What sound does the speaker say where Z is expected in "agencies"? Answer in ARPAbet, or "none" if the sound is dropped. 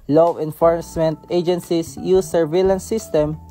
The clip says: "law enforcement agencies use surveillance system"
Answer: S